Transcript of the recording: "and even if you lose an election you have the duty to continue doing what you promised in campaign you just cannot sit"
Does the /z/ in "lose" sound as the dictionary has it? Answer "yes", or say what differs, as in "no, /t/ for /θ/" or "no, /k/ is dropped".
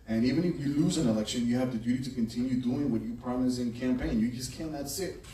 yes